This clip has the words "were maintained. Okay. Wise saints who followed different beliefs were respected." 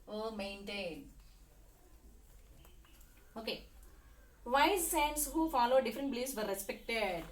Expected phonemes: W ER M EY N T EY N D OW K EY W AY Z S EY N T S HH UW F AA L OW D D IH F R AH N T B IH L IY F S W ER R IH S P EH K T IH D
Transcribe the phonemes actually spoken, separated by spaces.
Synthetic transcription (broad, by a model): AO M EY N T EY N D OW K EY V AY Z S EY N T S HH UW F AA L OW D D IH F R AH N T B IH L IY S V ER R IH S P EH K T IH D